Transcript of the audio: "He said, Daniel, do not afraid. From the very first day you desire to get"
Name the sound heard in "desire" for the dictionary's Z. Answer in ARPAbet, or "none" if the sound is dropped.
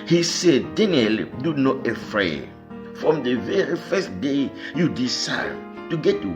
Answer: S